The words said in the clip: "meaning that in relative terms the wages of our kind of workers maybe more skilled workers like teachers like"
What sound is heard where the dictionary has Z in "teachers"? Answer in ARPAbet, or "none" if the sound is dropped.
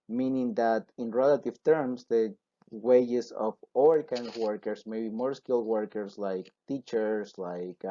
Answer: S